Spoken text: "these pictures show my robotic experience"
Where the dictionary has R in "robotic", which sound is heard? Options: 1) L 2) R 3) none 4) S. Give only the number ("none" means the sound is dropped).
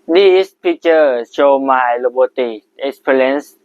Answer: 1